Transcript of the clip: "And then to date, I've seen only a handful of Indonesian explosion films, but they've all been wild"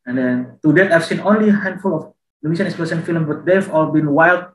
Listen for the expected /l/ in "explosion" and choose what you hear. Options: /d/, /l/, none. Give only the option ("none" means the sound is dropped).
none